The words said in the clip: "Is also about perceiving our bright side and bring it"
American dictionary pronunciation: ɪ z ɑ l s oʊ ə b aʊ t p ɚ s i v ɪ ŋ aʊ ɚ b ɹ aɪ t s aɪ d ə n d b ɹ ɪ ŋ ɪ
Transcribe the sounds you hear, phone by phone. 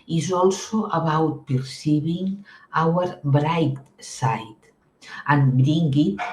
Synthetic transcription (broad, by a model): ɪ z ɑ l s oʊ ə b aʊ t p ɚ s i b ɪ ŋ aʊ ɚ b ɹ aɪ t s aɪ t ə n b ɹ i ŋ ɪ